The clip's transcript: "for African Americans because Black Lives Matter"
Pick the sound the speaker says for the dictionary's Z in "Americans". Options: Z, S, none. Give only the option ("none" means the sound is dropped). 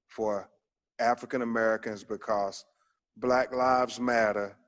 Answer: Z